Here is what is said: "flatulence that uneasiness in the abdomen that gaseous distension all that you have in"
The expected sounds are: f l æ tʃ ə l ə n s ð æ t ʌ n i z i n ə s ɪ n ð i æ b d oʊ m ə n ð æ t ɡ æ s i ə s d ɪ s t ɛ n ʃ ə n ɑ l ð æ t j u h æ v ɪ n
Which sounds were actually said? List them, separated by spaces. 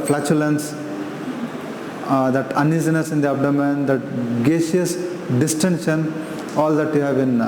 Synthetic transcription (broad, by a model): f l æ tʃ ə l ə n s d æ t ʌ n i z i n ə s ɪ n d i æ b d oʊ m ə n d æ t ɡ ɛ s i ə s d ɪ s t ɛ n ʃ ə n ɑ l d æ t j u h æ b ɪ n